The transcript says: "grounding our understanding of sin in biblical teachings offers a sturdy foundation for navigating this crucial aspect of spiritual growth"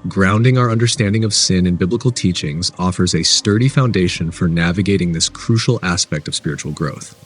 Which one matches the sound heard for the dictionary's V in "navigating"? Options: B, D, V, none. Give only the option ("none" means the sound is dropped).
V